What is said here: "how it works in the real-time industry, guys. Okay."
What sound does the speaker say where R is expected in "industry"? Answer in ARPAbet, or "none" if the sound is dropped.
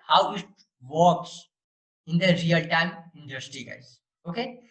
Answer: R